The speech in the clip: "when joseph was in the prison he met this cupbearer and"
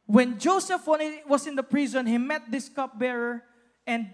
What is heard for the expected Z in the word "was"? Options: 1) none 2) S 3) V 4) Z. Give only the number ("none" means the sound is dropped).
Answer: 2